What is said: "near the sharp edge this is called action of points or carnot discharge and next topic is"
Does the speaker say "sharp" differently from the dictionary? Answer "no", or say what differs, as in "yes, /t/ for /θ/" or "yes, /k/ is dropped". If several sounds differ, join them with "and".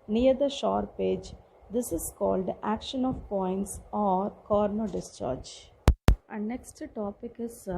no